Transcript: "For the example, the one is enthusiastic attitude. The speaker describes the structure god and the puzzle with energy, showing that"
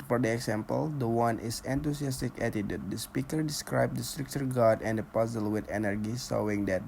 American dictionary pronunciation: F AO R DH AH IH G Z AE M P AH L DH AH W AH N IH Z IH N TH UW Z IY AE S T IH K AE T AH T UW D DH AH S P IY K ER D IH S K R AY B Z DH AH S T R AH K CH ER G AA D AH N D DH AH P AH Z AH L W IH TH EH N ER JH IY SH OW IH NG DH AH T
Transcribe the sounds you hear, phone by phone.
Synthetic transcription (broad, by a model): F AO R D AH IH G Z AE M P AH L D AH W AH N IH S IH N T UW S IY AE S T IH K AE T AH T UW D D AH S P IY K ER D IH S K R AY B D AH S T R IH K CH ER G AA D AH N D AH P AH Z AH L W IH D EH N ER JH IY S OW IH NG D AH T